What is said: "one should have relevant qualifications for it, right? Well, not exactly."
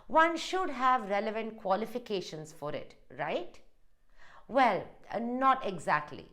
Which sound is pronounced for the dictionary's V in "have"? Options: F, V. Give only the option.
V